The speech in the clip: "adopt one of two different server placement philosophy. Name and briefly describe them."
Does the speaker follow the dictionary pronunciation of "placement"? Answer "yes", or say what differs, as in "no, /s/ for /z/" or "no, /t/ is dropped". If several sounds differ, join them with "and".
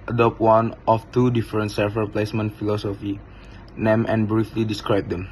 yes